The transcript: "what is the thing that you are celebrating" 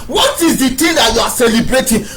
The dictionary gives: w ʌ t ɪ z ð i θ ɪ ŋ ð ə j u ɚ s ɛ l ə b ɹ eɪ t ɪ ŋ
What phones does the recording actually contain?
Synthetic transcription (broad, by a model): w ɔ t ɪ z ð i t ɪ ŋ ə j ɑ s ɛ l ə b ɹ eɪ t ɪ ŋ